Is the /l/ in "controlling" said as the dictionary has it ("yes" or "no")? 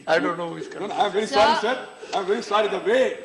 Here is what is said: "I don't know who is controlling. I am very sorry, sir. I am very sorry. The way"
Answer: no